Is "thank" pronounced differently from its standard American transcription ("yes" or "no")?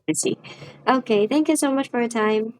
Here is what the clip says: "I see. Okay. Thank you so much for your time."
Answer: no